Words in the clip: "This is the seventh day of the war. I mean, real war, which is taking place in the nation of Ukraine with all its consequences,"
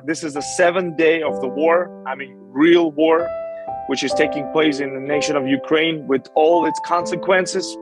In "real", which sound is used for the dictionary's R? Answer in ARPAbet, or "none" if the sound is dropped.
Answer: R